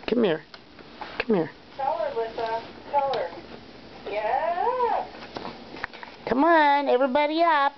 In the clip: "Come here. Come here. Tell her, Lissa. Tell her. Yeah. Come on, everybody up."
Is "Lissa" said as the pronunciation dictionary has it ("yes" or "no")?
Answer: no